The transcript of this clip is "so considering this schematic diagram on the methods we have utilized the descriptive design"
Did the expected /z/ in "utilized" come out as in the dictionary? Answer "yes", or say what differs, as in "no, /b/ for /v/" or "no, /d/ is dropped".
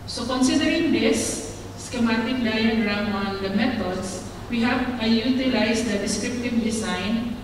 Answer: no, /s/ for /z/